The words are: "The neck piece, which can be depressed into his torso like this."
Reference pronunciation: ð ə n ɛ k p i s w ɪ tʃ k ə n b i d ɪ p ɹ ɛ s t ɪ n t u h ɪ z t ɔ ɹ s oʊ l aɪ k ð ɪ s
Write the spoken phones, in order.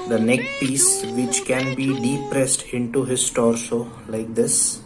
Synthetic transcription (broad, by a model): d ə n ɛ k p i s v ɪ tʃ k ə n b i d ɪ p ɹ ɛ s t ɪ n t u h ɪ s t ɔ ɹ s oʊ l aɪ k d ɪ s